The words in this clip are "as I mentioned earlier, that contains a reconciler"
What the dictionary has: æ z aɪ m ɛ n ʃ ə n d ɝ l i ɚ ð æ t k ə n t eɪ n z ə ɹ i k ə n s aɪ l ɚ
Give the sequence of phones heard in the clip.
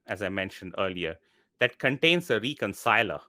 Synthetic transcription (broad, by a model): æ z aɪ m ɛ n ʃ ə n d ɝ l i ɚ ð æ t k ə n t eɪ n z ə ɹ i k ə n s aɪ l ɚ